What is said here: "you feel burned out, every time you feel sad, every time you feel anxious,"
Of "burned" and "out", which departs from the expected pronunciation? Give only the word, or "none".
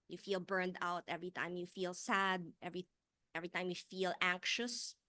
none